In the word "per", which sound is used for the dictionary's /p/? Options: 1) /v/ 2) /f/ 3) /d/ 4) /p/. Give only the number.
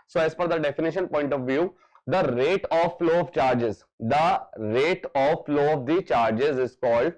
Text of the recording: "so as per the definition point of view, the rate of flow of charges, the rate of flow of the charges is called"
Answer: 2